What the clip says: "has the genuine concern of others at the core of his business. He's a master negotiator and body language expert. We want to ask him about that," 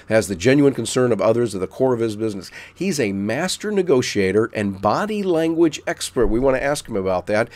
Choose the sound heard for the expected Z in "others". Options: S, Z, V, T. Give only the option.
Z